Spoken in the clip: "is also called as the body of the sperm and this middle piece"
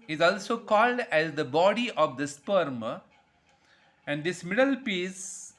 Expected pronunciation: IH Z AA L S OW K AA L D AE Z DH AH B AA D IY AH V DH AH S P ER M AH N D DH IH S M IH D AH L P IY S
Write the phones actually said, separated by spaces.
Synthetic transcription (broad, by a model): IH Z AA L S OW K AA L D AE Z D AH B AA D IY AH V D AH S P ER M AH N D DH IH S M IH D AH L P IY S